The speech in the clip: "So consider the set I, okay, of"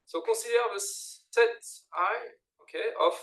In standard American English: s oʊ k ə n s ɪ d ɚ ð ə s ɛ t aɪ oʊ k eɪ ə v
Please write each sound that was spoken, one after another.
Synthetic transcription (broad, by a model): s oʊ k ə s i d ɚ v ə s ɛ t aɪ oʊ k eɪ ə